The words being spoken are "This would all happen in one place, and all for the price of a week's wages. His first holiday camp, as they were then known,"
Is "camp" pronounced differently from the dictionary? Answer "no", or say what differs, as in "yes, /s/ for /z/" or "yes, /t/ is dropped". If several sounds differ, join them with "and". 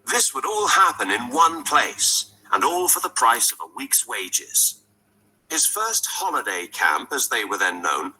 no